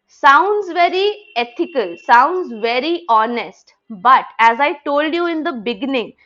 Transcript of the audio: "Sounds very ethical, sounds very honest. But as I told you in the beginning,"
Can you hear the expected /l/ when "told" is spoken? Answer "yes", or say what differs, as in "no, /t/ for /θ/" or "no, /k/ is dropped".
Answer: yes